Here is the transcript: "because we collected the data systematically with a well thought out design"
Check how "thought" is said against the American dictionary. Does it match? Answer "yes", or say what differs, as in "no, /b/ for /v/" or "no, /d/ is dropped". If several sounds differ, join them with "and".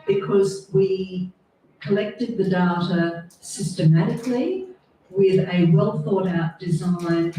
yes